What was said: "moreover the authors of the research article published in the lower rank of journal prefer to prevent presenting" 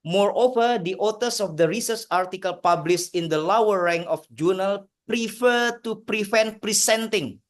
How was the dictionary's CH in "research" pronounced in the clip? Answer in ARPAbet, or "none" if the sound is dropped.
S